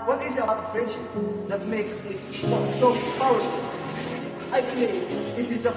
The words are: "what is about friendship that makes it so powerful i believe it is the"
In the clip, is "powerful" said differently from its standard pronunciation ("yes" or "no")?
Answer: yes